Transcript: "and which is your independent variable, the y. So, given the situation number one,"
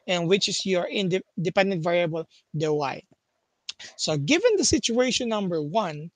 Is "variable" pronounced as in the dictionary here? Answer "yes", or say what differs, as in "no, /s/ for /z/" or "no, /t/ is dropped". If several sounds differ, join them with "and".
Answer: yes